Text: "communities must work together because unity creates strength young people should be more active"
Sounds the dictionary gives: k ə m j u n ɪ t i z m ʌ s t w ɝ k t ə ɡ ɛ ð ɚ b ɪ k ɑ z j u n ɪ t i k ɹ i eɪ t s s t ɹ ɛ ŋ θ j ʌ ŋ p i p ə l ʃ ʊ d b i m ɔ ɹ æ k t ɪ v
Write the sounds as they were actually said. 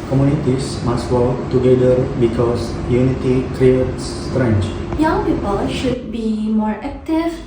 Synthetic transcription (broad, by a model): k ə m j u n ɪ t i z m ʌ s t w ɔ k t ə ɡ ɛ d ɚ b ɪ k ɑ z j u n ɪ t i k ɹ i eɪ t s s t ɹ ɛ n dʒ j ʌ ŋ p i p ə l ʃ ʊ d b i m ɔ ɹ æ k t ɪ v